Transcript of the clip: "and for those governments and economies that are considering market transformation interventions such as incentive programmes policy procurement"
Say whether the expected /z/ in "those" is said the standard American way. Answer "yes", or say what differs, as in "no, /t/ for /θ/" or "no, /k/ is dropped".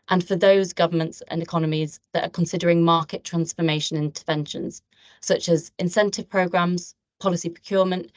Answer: yes